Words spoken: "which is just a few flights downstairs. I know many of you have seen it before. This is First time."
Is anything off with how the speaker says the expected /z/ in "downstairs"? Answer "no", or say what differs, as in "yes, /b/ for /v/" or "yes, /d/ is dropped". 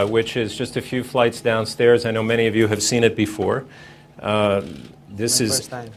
no